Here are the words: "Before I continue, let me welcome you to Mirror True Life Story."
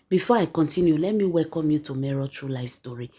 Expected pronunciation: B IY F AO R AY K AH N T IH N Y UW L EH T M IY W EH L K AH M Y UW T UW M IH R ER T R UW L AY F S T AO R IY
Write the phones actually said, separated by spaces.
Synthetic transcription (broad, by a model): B IY F AO AY K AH N T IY N Y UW L EH T M IY W EH L K AH M Y UW T UW M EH R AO T R UW L AY F S T AO R IY